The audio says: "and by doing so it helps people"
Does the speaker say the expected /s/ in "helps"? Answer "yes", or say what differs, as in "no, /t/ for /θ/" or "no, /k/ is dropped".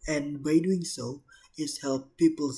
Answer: no, /s/ is dropped